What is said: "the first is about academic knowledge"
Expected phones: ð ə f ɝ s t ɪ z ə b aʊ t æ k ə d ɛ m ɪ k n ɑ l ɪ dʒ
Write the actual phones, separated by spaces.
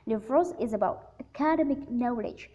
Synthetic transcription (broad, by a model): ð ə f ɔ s ɪ z ə b aʊ t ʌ k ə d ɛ m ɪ k n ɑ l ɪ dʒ